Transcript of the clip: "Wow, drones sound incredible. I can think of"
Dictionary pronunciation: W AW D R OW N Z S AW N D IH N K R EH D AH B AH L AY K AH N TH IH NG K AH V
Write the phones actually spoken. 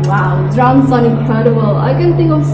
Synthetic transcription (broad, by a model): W AW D R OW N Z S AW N IH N K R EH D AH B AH L AY K AH N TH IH NG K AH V